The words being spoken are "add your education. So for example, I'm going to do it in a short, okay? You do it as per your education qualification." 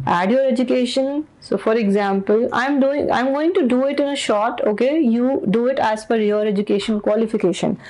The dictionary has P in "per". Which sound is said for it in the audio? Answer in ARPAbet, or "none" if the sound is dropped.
F